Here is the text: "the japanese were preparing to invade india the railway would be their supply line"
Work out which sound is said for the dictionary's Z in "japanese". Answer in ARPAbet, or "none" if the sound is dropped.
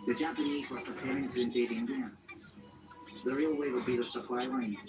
Z